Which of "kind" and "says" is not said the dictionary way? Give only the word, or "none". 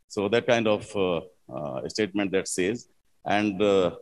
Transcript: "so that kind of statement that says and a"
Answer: none